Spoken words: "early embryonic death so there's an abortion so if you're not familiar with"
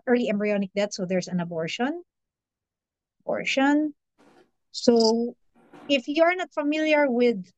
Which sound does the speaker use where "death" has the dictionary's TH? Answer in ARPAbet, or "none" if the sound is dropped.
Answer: T